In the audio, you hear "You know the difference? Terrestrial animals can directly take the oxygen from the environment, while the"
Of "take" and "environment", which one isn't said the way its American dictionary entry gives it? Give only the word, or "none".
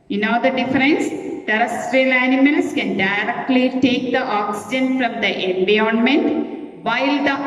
environment